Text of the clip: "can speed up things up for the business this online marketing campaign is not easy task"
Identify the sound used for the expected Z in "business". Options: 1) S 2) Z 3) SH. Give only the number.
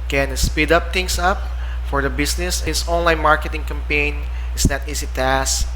1